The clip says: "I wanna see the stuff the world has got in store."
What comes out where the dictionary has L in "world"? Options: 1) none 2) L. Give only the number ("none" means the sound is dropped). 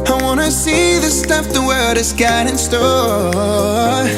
1